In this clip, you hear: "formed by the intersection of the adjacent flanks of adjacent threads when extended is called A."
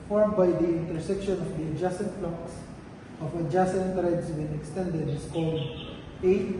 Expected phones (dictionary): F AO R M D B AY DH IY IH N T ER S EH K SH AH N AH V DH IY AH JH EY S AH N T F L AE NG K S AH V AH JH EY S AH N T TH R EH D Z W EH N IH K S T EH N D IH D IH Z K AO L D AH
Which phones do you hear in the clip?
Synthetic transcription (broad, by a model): F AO R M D B AY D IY IH N T ER S EH K SH AH N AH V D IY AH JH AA S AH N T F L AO K S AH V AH JH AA S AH N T R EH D S W EH N IH K S T EH N D IH D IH S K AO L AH